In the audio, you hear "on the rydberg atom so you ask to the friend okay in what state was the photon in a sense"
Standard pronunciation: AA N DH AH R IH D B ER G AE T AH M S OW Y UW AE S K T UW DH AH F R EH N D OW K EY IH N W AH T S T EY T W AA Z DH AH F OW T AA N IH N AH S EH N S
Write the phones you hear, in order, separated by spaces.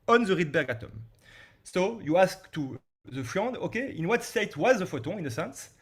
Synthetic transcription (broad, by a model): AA N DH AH R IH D B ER G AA T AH M S OW Y UW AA S K T UW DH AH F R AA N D OW K EY IH N W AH T S T EY T W AA Z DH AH F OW T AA IH N AH S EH N S